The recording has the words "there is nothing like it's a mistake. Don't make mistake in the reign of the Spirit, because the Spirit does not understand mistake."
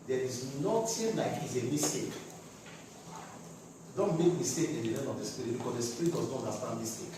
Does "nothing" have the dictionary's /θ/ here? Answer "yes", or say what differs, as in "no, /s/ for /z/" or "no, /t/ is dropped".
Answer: no, /t/ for /θ/